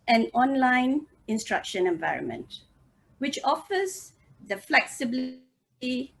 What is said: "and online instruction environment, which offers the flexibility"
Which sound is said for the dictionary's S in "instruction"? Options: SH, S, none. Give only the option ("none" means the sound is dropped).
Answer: S